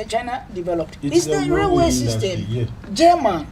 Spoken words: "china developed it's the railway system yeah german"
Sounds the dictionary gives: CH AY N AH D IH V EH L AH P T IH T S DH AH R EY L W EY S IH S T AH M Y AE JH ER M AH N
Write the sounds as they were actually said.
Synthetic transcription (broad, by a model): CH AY N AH D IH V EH L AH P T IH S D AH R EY W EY S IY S T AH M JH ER M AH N